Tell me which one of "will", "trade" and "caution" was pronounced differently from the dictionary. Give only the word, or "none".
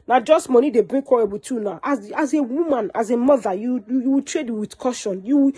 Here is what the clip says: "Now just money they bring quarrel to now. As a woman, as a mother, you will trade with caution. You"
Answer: will